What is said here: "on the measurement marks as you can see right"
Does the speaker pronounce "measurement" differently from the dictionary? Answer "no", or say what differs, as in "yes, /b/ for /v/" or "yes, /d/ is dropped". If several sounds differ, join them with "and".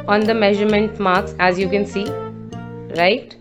no